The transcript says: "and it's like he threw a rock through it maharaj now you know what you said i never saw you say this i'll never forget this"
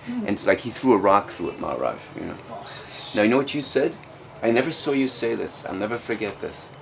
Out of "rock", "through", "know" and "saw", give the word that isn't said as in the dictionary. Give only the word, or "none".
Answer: none